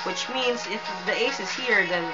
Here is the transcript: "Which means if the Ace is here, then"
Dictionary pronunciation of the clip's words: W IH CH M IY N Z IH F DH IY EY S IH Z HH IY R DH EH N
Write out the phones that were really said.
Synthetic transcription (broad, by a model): W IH CH M IY N Z IH F DH IY EY S IH Z HH IY R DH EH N